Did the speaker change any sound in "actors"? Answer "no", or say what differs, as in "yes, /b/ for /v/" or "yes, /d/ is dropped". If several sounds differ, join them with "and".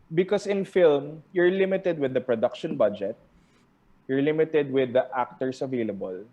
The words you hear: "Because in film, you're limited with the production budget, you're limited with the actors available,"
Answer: yes, /s/ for /z/